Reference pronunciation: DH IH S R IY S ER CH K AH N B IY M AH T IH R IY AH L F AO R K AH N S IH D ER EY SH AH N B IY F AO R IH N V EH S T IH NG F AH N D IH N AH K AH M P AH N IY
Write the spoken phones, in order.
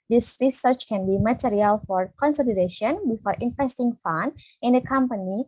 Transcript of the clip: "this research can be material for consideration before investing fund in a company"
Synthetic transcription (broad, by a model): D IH S R IY S ER CH K AH N B IY M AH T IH R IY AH L F AO R K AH N S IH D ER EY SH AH N B IY F AO R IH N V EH S T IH NG F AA N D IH N AH K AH M P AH N IY